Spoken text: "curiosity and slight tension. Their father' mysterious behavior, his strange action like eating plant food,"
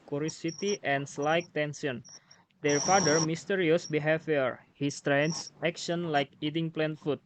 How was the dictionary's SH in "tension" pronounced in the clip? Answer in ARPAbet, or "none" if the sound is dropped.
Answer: S